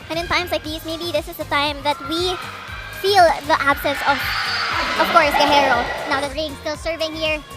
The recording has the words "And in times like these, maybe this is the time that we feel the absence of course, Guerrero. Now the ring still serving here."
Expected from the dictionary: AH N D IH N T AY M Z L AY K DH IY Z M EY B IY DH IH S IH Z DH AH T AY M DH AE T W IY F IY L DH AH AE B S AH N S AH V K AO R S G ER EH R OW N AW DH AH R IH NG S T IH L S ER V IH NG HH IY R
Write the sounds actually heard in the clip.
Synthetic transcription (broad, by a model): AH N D IH N T AY M S L AY K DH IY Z M EY B IY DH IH S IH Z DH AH T AY M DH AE T W IY F IY L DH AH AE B S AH N S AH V K AO R S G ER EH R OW N AW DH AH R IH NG S T IH L S ER V IH NG HH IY R